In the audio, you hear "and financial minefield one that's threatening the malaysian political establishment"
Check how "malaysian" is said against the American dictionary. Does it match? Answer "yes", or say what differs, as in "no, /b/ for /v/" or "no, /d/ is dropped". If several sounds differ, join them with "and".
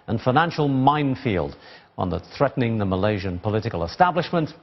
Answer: yes